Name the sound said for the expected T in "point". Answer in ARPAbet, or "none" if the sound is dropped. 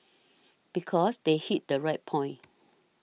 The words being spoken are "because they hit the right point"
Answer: none